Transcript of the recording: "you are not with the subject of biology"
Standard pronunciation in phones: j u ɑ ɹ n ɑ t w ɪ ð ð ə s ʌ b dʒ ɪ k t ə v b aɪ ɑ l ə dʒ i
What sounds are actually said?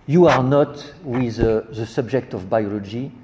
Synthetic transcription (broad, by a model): j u ɑ ɹ n ɑ t w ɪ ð ð ə s ʌ b dʒ ɪ k t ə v b aɪ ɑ l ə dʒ i